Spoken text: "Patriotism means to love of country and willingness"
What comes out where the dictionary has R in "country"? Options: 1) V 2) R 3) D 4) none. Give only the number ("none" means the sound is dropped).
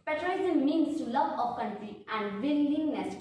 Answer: 4